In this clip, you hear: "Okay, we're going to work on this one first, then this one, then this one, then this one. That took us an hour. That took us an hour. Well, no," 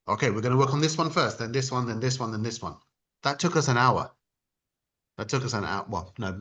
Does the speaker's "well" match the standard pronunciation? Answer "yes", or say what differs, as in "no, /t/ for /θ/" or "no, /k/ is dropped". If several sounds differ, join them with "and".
no, /n/ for /l/